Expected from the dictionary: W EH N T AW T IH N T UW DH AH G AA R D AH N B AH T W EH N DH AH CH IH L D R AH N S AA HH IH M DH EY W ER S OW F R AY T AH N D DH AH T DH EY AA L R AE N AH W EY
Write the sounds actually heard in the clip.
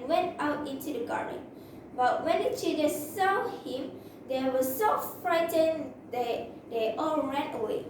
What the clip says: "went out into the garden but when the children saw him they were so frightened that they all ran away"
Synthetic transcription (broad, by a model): W EH N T AW T IH N T UW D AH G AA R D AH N B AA T W EH N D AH CH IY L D AH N S AA HH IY M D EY W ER S OW F R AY T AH N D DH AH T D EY AA L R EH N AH W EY